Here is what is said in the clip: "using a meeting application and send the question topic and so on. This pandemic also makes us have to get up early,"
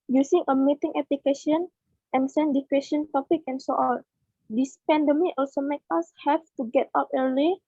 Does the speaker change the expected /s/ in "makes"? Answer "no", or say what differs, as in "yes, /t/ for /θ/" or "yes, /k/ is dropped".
yes, /s/ is dropped